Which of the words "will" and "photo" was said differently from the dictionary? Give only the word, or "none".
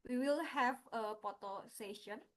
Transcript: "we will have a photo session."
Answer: photo